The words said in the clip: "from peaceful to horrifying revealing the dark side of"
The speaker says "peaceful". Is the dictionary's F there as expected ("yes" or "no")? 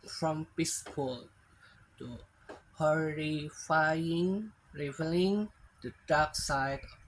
no